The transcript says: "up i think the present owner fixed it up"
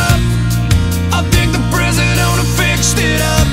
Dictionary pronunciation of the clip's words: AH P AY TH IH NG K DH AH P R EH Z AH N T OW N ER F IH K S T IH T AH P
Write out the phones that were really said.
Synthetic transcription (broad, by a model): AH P AY TH IH NG K DH AH P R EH Z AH T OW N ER F IH K S T IH T AH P